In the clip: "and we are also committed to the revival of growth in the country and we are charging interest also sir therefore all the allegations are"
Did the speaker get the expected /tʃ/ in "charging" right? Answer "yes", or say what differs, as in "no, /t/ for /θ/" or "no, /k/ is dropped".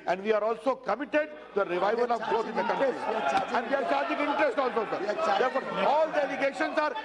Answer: no, /s/ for /tʃ/